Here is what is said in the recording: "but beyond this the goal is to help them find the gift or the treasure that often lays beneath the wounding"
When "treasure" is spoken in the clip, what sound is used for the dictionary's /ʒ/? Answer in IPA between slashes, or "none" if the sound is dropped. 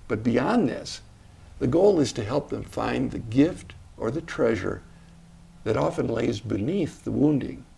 /ʒ/